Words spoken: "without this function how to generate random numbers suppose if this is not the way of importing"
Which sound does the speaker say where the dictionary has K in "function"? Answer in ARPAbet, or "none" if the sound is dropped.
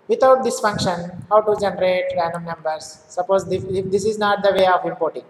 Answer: K